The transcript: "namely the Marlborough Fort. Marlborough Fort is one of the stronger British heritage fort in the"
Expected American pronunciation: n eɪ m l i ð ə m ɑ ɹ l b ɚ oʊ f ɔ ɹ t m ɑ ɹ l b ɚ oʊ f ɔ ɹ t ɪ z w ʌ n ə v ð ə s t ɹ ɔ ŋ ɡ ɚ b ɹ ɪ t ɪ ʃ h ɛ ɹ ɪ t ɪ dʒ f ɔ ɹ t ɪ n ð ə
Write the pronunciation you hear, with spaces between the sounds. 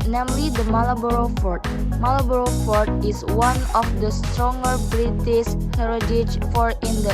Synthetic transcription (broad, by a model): n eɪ m l i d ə m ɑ l b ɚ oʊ f ɔ ɹ t m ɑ l b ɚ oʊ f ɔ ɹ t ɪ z w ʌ n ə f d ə s t ɹ ɔ ŋ ɡ ɚ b ɹ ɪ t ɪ s h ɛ ɹ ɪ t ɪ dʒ f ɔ ɹ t ɪ n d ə